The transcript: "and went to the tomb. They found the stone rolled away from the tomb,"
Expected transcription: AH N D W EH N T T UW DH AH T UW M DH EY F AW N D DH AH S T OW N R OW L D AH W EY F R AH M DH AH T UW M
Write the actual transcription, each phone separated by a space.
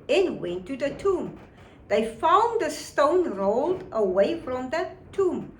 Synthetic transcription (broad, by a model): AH N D W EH N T T UW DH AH T UW M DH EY F AW N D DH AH S T OW N R OW L D AH W EY F R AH M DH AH T UW M